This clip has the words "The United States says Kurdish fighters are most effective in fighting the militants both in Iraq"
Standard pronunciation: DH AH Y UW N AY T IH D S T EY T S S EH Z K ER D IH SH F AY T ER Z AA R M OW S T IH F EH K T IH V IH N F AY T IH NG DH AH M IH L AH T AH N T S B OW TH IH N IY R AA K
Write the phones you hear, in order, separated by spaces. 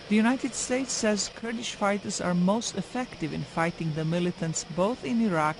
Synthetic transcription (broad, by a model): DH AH Y UW N AY T IH D S T EY T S S EH Z K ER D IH SH F AY T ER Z AA R M OW S T IH F EH K T IH V IH N F AY T IH NG DH AH M IH L AH T AH N T S B OW TH IH N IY R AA K